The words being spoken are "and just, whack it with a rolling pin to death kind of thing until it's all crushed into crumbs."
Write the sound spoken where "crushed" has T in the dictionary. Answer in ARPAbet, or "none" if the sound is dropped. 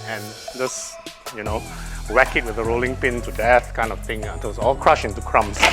none